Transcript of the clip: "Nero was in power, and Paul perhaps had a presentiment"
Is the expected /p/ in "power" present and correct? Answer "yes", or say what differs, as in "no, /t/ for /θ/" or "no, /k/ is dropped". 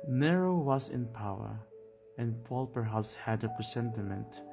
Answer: yes